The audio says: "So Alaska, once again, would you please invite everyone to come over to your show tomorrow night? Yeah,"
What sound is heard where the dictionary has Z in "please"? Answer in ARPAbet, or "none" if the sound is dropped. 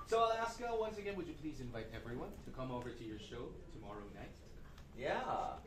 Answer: Z